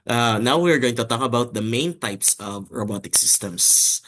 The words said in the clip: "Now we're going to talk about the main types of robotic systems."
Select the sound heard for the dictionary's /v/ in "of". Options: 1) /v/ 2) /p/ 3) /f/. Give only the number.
1